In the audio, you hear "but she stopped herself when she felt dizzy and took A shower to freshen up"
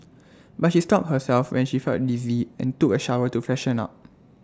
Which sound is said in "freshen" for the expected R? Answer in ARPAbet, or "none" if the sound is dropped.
none